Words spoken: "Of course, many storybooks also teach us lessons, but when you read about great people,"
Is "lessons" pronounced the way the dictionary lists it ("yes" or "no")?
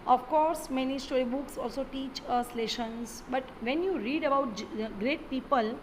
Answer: no